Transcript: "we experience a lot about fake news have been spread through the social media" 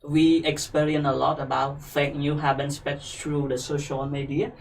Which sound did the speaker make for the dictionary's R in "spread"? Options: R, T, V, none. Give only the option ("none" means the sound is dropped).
none